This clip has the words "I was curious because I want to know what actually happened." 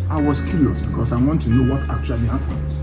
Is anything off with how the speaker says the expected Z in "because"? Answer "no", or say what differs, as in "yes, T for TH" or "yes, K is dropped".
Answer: yes, S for Z